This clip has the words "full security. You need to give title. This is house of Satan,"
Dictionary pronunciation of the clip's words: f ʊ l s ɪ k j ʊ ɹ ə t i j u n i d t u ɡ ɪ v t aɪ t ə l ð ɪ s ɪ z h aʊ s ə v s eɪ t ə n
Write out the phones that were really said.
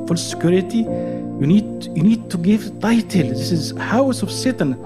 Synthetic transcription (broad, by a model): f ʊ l s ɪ k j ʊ ɹ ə t i j u n i d t u ɡ ɪ v t aɪ t ə l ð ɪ s ɪ z h aʊ s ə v s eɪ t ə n